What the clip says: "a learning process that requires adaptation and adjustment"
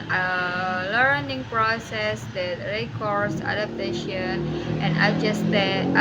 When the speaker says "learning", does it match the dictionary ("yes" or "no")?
yes